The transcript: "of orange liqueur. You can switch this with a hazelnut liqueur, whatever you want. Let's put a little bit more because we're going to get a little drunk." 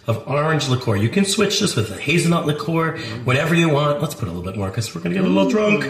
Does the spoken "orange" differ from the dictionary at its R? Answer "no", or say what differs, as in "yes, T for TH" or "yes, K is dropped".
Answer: no